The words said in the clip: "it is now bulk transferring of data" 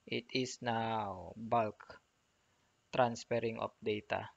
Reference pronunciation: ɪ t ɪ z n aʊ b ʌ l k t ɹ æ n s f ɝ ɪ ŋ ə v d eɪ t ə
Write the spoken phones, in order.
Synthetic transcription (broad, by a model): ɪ t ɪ s n aʊ b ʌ l k t ɹ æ n s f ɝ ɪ ŋ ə p d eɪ t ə